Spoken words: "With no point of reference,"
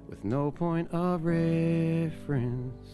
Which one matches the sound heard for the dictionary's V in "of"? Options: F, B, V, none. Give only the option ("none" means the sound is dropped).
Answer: V